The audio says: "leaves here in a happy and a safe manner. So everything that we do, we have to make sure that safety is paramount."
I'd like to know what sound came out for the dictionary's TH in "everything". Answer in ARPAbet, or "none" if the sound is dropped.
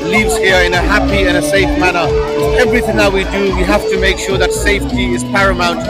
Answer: TH